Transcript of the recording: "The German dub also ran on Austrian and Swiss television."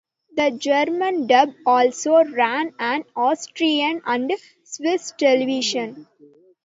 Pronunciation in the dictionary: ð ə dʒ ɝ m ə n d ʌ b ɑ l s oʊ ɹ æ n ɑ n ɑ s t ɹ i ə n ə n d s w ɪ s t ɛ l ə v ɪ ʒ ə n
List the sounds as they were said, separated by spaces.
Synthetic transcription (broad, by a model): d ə dʒ ɝ m ə n d ʌ b ɑ l s oʊ ɹ æ n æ n ɑ s t ɹ i ə n ə n d s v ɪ s t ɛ l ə v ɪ ʃ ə n